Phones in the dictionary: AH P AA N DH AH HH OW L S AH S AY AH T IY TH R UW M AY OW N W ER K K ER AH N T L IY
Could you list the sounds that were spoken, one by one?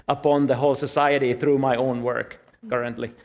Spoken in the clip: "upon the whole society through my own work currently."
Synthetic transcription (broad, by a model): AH P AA N DH AH HH OW L S AH S AY AH T IY TH R UW M AY OW N W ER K K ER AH N T L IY